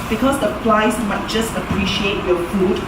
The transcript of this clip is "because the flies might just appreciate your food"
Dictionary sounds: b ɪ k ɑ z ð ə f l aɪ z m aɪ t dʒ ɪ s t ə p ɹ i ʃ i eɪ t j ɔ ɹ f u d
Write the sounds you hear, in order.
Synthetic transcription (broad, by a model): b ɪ k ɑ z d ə p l aɪ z m aɪ t dʒ ɪ s t ə p ɹ i ʃ i eɪ t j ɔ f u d